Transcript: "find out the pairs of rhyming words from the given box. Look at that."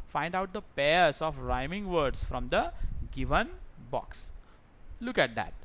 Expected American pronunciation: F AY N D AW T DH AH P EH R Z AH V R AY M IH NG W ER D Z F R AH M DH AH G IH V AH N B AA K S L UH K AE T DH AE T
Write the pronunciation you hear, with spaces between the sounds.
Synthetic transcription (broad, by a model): F AY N D AW T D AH P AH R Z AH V R AY M IH NG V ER D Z F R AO M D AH G IH V AH N B AA K S L UH K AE T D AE T